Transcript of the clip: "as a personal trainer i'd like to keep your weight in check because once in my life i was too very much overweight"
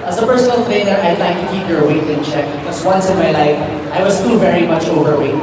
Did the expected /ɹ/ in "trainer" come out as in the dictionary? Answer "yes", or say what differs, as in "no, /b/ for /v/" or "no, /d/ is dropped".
no, /ɹ/ is dropped